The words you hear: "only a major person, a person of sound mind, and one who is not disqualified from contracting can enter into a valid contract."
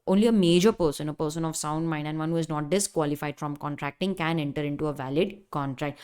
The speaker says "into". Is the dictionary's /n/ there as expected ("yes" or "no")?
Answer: yes